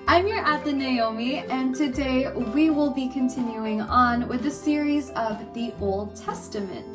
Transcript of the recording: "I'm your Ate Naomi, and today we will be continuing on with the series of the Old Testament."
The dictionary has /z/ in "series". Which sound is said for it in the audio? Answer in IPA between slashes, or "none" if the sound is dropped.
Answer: /z/